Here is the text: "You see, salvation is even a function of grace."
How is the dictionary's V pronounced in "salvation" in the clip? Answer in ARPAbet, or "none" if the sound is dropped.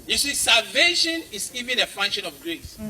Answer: V